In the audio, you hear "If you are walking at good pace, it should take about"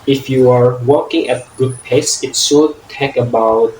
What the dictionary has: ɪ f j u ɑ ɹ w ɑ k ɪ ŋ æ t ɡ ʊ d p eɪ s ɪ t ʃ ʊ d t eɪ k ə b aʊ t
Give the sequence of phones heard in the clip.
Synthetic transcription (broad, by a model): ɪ f j u ɑ ɹ w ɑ k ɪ ŋ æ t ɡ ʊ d p eɪ s ɪ t s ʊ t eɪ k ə b aʊ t